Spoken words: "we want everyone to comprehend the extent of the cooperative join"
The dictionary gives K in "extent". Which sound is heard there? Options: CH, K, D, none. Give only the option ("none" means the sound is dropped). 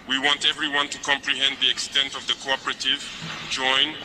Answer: K